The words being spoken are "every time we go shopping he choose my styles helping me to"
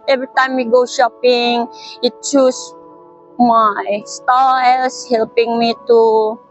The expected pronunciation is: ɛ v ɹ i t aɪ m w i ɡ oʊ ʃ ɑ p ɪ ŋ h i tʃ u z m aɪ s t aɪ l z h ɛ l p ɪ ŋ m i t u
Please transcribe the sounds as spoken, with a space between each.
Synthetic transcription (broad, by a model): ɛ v ɹ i t aɪ m w i ɡ oʊ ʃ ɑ p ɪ ŋ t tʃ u s m aɪ s t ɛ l s h ɛ l p ɪ ŋ m i t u